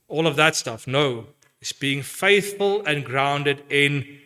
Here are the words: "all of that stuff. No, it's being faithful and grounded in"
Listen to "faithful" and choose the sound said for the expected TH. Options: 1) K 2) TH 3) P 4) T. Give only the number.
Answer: 2